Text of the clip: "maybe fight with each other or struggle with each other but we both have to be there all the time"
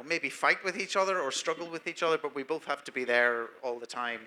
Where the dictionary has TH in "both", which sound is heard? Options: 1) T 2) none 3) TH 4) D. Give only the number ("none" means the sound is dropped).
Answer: 3